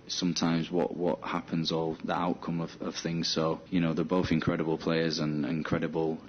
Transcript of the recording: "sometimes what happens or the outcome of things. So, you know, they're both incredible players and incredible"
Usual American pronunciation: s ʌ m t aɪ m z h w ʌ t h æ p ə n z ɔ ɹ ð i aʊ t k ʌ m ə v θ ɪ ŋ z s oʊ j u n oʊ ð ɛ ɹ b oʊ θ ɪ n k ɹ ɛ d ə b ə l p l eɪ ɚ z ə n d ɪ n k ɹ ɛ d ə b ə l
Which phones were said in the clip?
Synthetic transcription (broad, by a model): s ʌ m t aɪ m z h w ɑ t h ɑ p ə n z ɔ l ð i aʊ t k ʌ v ə v θ ɪ ŋ z s oʊ j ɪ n oʊ ð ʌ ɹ b oʊ θ ɪ n k ɹ ɛ d ə b ə l p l eɪ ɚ z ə n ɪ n k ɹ ɛ d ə b ə l